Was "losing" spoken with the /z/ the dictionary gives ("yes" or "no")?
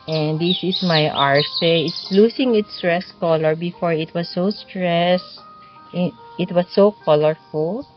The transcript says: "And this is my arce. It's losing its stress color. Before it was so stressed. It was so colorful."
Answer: no